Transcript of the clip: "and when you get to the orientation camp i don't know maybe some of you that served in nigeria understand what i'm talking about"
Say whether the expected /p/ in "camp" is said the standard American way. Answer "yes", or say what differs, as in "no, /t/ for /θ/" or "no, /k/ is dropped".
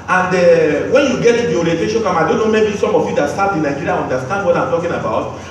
no, /p/ is dropped